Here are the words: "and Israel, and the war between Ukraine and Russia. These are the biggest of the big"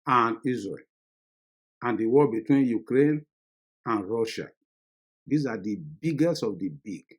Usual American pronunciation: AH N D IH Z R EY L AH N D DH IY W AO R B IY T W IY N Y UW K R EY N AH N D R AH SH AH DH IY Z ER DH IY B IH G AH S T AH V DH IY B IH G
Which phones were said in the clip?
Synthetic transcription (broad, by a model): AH N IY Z R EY L AH N D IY W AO L B IY T W IY N Y UW K R EY N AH N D R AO SH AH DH IY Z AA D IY B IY G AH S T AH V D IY B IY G